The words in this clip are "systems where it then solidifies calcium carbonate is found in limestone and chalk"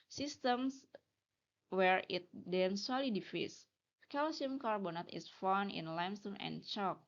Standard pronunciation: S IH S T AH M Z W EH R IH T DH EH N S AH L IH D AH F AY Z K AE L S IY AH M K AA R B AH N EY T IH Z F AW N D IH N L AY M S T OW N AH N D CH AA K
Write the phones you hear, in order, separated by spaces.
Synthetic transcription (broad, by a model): S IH S T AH M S W EH R IH T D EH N S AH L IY D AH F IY S K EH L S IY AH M K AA R B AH N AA T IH S F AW N IH N L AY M S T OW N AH N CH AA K